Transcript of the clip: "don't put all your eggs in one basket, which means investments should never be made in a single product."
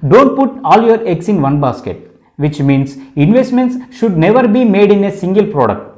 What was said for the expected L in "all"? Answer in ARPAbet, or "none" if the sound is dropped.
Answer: L